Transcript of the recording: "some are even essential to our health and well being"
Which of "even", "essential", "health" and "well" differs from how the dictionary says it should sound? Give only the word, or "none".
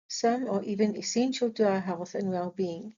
none